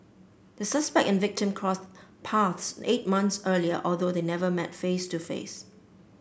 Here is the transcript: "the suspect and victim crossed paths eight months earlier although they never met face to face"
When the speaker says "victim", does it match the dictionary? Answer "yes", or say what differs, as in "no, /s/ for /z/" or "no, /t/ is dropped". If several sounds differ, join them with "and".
yes